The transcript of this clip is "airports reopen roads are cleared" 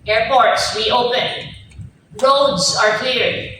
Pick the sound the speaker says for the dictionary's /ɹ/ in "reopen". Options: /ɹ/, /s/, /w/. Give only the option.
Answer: /w/